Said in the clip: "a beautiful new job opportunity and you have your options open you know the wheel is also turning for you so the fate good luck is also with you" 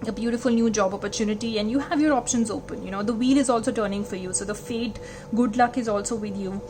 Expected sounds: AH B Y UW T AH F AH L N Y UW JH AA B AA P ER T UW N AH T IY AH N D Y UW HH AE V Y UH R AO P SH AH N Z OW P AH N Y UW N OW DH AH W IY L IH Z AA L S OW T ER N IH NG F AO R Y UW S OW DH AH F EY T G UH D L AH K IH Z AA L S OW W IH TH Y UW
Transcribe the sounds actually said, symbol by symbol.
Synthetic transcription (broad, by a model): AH B Y UW T AH F AH L N Y UW JH AA B AA P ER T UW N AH T IY AH N D Y UW HH AE V Y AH R AO P SH AH N Z OW P AH N Y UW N OW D AH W IY L IH Z AA L S OW T ER N IH NG F AO R Y UW S OW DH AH F EY T G UH D L AH K IH Z AA L S OW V IH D Y UW